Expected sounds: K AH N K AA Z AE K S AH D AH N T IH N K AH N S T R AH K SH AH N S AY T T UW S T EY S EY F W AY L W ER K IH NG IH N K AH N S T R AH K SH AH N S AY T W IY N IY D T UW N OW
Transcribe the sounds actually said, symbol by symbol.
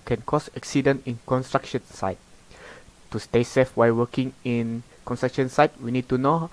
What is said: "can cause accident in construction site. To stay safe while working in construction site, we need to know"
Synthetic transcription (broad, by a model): K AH N K AA S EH K S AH D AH N IH N K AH N S T R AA K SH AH N S AY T T UW S T EY S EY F W AY L W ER K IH NG IH N K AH N S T R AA K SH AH N S AY T W IY N IY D T UW N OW